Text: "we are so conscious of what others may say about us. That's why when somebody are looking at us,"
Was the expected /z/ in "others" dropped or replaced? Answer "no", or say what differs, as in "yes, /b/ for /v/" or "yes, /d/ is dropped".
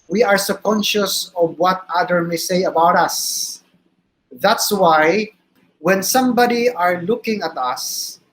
yes, /z/ is dropped